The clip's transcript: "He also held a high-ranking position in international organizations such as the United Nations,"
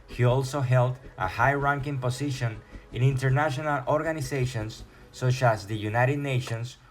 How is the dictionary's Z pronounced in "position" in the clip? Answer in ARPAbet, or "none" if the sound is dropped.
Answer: S